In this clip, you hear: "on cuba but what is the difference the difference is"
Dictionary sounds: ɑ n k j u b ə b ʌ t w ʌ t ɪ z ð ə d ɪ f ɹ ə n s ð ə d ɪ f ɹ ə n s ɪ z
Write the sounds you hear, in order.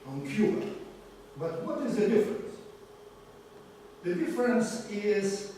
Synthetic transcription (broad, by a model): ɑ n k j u ə b ʌ t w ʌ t ɪ z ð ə d ɪ f ɹ ə n s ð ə d ɪ f ɹ ə n s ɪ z